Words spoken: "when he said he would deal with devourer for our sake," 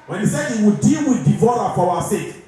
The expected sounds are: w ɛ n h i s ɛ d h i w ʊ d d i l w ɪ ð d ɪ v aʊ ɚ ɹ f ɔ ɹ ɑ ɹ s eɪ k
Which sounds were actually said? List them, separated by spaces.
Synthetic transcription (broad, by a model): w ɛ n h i s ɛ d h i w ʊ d d i l w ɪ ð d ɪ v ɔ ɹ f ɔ w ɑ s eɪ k